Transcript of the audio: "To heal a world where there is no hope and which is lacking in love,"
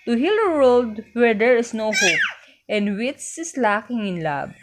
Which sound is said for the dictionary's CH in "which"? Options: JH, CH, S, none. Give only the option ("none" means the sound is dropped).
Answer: S